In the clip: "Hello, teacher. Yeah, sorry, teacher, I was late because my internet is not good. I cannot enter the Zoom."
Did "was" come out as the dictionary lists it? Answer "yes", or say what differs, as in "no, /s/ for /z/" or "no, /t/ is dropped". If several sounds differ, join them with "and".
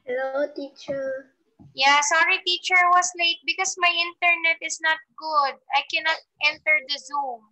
no, /s/ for /z/